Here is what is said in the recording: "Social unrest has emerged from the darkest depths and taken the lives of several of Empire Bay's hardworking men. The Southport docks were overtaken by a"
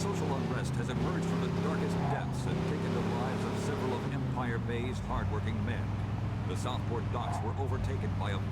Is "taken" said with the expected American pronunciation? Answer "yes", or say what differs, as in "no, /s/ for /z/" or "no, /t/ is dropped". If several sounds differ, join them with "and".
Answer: yes